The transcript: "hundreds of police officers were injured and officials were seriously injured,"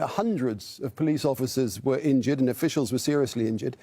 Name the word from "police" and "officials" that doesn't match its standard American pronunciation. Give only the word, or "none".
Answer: none